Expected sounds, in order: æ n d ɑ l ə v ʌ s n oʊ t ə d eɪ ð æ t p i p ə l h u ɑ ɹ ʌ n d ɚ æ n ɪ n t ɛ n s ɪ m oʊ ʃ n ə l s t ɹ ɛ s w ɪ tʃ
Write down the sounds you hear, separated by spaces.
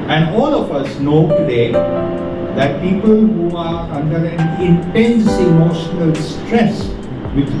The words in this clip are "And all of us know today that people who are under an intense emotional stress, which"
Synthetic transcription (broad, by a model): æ n d ɑ l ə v ʌ s n oʊ t ə d eɪ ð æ t p i p ə l h u ɑ ɹ ʌ n d ɚ æ n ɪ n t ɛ n s ɪ m oʊ ʃ n ə l s t ɹ ɛ s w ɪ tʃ